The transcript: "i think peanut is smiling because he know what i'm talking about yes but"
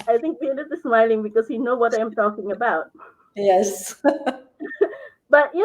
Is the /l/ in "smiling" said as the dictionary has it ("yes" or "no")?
yes